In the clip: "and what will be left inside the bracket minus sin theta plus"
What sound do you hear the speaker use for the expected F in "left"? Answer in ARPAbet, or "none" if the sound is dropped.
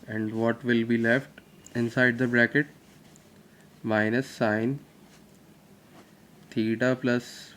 F